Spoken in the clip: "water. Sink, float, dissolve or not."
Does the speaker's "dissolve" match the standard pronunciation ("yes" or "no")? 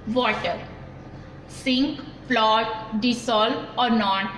no